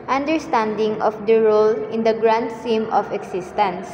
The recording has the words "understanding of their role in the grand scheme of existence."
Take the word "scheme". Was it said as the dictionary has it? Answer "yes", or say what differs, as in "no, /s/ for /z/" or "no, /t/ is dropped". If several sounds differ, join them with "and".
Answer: no, /k/ is dropped